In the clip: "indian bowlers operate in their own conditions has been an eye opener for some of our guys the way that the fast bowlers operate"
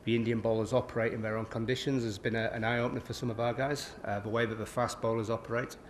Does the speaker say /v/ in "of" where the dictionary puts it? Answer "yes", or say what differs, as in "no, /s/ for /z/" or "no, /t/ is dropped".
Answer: yes